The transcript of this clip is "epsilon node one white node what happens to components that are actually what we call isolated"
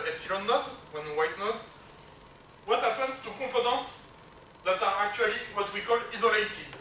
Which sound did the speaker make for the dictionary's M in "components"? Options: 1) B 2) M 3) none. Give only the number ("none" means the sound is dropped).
3